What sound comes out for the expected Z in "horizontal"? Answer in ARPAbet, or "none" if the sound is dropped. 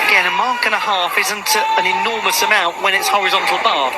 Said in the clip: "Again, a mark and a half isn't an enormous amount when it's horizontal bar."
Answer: Z